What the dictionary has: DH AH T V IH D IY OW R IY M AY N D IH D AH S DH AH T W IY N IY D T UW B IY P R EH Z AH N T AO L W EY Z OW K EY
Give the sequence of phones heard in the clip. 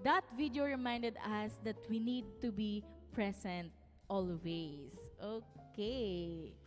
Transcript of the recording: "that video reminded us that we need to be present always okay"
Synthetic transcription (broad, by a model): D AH T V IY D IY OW R IY M AY N D IH D AH S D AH T W IY N IY D T UW B IY P R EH S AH N T AO L W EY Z OW K EY